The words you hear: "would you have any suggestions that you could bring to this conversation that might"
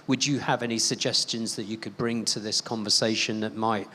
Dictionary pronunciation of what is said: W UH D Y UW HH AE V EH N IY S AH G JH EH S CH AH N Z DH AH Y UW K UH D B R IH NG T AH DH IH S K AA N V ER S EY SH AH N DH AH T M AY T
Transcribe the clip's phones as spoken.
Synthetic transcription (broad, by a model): W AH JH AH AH V EH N IY S AH G JH EH S CH AH N Z DH AH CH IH K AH D B R IH NG T AH DH IH S K AA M V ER S EY SH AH N DH AH T M AY T